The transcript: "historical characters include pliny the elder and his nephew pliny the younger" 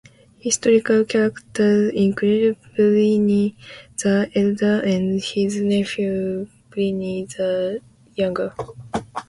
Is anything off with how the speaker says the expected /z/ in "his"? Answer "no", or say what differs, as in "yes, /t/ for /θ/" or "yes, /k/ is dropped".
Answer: no